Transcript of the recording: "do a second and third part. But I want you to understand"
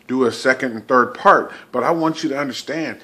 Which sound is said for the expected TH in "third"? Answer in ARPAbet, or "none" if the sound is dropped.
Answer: TH